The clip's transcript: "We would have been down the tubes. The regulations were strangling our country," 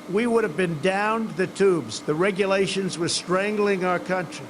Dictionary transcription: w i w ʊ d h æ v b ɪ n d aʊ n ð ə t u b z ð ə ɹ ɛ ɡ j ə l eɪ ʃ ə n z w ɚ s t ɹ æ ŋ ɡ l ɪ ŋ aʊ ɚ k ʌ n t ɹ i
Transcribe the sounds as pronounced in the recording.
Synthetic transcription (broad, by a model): w i w ʊ d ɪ v b ɪ n d aʊ n ð ə t u b z ð ə ɹ ɛ ɡ j ə l eɪ ʃ ə n z w ɚ s t ɹ æ ŋ ɡ l ɪ ŋ aʊ ɚ k ʌ n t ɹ i